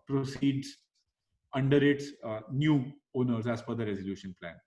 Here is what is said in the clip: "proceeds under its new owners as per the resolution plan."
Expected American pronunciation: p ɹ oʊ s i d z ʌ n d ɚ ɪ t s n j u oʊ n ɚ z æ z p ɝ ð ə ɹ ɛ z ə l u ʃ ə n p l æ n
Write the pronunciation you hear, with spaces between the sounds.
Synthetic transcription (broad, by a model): p ɹ oʊ s i d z ʌ n d ɚ ɪ t s n j u oʊ n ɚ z æ z f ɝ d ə ɹ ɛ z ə l u ʃ ə n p l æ n